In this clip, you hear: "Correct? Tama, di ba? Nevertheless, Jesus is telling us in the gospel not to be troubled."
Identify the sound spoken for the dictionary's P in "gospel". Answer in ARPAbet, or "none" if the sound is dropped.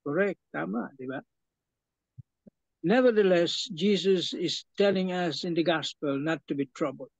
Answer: P